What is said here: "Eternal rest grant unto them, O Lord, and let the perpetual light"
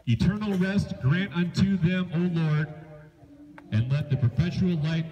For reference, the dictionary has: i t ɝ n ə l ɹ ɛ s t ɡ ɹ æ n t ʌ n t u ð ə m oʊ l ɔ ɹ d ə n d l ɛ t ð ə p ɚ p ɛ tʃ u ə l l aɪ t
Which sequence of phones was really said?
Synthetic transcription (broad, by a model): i t ɝ n l ɹ ɛ s t ɡ ɹ æ n t ʌ n t u ð ə m oʊ l ɔ ɹ d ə n l ɛ t ð ə p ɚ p ɛ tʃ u l l aɪ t